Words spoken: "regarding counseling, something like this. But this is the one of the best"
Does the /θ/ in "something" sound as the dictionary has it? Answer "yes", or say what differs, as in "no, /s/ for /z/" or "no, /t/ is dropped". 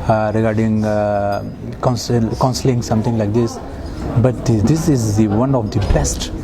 no, /t/ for /θ/